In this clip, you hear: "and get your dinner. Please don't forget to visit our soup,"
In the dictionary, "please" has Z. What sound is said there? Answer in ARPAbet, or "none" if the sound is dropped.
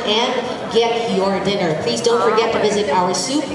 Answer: Z